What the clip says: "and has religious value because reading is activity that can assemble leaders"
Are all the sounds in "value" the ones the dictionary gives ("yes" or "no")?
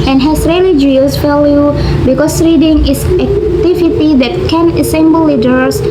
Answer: no